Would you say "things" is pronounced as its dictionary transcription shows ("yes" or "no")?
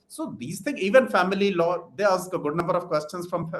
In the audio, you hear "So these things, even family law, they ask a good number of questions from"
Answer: no